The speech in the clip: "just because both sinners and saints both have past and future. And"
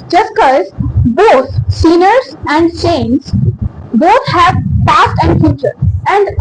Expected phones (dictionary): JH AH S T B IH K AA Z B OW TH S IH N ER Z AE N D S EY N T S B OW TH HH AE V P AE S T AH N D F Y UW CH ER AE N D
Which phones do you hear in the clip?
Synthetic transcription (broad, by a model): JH AH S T K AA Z B OW T S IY N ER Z AE N D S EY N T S B OW T HH AE V P AE S T AH N D F Y UW CH ER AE N D